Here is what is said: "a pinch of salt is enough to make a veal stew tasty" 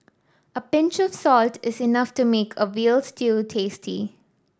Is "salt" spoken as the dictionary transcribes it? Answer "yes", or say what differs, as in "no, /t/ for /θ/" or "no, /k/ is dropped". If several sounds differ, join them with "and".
yes